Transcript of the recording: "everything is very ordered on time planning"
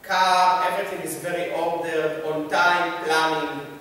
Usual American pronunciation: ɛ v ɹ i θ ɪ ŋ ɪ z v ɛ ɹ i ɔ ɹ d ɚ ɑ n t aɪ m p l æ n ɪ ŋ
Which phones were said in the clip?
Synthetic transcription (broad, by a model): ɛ v ɹ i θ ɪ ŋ ɪ z v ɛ ɹ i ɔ l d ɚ ɑ n t aɪ m p l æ n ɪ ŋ